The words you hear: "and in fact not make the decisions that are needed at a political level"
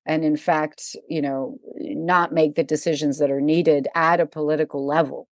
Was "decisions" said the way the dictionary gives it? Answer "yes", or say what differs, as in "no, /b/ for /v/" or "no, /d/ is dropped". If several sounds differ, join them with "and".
yes